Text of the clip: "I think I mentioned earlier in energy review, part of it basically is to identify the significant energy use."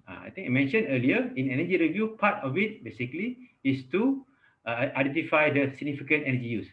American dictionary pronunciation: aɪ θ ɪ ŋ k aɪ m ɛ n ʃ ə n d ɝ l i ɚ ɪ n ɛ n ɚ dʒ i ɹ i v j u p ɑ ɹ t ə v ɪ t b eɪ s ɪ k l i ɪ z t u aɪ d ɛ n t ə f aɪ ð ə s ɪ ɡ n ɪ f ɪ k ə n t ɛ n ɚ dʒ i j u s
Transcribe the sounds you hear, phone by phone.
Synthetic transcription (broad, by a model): aɪ t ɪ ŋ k aɪ m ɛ n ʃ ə n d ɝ l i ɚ ɪ n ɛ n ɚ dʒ i ɹ i v j u p ɑ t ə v ɪ t b eɪ s ɪ k l i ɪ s t u aɪ d ɛ n t ə f aɪ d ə s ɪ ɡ n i f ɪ k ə n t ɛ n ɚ dʒ i j u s